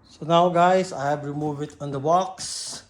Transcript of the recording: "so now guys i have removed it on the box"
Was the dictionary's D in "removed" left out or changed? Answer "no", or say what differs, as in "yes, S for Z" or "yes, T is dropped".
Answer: yes, D is dropped